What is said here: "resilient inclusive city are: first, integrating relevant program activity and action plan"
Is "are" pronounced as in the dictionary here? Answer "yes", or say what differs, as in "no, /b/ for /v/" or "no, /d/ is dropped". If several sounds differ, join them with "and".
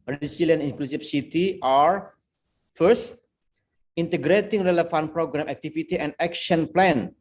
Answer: yes